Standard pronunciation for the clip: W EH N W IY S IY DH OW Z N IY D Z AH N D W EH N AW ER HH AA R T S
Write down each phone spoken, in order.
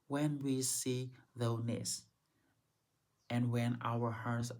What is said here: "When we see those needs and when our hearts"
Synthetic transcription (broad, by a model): W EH N W IY S IY DH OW N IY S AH N W EH N AW ER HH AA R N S